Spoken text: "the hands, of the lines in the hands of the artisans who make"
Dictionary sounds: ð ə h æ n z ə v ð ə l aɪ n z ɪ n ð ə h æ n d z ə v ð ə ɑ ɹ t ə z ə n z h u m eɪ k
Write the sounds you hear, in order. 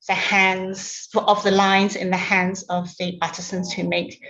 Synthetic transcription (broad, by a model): ð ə h æ n z ə v ð ə l aɪ n z ɪ n ð ə h æ n d z ə v ð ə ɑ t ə s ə n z h u m eɪ k